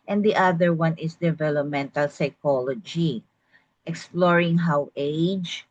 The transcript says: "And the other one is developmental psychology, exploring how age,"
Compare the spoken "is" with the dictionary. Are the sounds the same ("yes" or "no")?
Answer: no